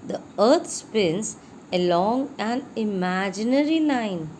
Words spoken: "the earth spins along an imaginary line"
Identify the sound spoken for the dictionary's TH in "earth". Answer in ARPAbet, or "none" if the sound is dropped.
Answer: T